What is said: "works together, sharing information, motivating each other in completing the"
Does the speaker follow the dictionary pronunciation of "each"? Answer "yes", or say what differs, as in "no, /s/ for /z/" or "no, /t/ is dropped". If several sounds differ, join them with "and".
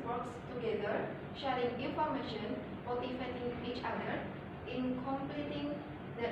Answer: yes